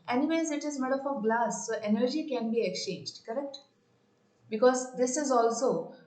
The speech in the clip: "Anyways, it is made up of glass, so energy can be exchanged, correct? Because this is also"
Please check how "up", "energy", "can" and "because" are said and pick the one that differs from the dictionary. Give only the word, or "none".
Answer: up